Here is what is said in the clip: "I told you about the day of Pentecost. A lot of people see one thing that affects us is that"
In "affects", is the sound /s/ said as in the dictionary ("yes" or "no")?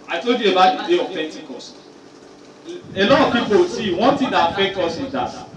no